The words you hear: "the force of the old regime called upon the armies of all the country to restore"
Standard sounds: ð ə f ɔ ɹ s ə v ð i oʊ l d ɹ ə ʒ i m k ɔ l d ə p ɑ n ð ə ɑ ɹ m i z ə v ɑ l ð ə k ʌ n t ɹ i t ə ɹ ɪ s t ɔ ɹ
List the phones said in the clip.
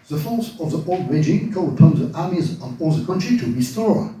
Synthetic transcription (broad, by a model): ð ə f ɔ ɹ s ə v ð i oʊ l d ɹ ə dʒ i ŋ k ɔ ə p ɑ n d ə ɑ ɹ m i z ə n ɑ l ð ə k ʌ n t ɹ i t ə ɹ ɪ s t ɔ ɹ